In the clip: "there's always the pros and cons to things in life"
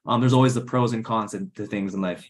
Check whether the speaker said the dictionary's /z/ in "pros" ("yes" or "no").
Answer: yes